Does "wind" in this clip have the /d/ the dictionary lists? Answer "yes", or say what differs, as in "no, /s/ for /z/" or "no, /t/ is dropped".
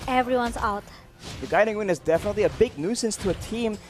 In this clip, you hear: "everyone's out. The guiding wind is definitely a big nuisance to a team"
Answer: no, /d/ is dropped